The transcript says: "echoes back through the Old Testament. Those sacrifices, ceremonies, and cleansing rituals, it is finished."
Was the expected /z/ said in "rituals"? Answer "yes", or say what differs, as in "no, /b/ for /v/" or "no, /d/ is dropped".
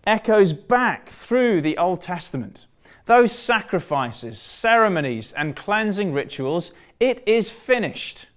yes